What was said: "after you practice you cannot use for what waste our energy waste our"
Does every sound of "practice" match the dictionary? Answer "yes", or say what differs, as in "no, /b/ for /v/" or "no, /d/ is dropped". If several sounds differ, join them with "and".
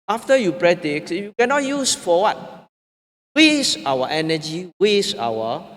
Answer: no, /k/ is dropped